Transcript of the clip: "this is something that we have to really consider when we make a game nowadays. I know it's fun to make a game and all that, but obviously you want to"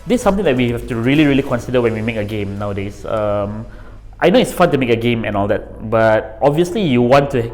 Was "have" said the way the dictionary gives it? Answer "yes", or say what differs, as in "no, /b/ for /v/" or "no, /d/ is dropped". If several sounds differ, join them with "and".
no, /f/ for /v/